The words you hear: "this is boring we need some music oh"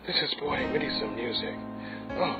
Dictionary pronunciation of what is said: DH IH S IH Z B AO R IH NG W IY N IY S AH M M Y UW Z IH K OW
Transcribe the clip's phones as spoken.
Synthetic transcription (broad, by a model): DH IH S IH Z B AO IH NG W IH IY S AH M M Y UW Z IH K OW